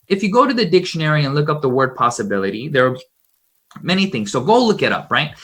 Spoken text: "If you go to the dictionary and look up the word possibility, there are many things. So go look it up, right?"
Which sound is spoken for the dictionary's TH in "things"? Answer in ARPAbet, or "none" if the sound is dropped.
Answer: TH